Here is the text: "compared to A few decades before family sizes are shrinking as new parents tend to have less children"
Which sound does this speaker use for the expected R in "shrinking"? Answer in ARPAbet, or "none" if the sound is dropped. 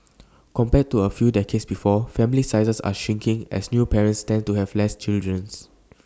none